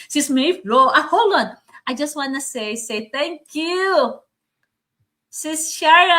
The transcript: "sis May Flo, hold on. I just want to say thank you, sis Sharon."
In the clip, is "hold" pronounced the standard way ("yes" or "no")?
no